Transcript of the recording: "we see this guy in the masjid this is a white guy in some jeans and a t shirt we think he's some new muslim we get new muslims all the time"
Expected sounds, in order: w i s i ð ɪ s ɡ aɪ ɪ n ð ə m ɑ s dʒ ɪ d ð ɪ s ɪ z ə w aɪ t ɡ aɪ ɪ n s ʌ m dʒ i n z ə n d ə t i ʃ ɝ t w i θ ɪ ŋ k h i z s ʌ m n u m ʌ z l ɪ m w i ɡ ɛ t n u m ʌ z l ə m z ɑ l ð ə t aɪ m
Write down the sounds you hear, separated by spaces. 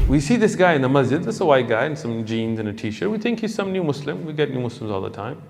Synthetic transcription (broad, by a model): w i s i ð ɪ s ɡ aɪ ɪ n ð ə m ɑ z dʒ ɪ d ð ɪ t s ə w aɪ t ɡ aɪ ɪ n s ʌ m dʒ i n z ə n ə t i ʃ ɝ w i θ ɪ ŋ k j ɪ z s ʌ m n u m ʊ s l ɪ m w i ɡ ɛ t n u m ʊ s l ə m z ɑ l ð ə t aɪ m